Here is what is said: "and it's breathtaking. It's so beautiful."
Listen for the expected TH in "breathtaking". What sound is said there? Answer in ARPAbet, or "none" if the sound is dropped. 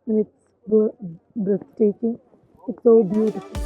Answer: S